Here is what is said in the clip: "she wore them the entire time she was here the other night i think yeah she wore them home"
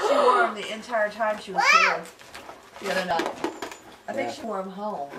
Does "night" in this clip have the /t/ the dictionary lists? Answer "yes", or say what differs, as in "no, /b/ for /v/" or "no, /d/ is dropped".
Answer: no, /t/ is dropped